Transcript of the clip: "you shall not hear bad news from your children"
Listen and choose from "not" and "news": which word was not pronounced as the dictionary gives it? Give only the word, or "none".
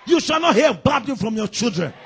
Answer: news